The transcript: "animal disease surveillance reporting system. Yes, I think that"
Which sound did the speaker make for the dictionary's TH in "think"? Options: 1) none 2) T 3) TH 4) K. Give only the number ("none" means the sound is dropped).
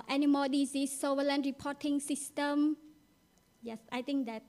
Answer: 2